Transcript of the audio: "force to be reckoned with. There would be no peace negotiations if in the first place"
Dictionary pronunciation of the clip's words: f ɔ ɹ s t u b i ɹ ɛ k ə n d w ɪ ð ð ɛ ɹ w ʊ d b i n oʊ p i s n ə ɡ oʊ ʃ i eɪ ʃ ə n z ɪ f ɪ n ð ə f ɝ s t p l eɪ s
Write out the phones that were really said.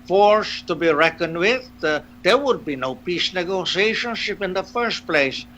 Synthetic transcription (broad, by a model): f ɔ ɹ s t u b i ɹ ɛ k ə n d w ɪ ð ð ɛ ɹ w ʊ d b i n oʊ p i s n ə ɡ oʊ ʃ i eɪ ʃ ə n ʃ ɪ p ɪ n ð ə f ɝ s t p l eɪ s